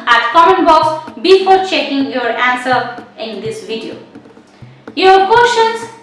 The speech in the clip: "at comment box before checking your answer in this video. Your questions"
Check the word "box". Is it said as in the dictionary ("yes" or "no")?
yes